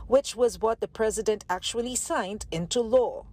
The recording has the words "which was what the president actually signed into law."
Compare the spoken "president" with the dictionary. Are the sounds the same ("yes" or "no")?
yes